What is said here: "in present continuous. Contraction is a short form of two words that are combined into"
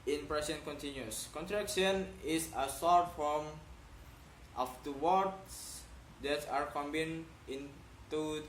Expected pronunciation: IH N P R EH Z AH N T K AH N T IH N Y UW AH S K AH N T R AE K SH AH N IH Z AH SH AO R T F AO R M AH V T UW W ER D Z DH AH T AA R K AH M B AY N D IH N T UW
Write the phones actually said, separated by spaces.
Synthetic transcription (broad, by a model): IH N P R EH S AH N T K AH N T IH N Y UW S K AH N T R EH K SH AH N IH S AH S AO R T F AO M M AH F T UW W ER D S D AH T AA R K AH M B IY N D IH N T UW